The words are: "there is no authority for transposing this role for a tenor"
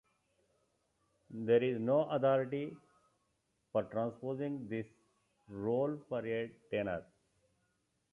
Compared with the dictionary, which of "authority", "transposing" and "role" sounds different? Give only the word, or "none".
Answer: authority